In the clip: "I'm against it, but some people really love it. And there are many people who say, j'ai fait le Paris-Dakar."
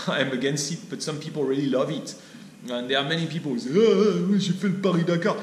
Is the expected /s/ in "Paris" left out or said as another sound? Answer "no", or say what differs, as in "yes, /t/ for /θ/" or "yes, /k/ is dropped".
yes, /s/ is dropped